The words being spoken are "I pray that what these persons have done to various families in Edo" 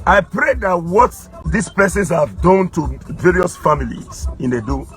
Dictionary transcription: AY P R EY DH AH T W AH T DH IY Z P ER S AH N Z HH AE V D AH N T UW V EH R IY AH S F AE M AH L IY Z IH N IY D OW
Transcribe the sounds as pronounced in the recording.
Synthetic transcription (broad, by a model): AY P R EY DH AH T W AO T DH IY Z P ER S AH N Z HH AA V D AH N T UW V EH R IY AH S F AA M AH L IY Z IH N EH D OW